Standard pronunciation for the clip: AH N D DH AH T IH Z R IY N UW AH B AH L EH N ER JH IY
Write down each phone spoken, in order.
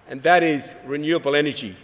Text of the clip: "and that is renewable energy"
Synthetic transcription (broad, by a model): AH N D DH AH T IH Z R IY N UW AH B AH L EH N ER JH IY